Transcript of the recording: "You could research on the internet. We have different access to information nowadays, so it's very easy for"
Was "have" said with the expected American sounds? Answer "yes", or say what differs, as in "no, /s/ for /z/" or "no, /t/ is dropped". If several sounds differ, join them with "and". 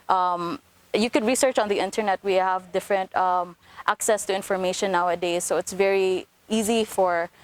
yes